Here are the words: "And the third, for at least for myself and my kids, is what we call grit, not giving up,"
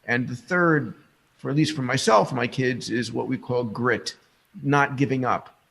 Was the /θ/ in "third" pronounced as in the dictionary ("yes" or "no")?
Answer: yes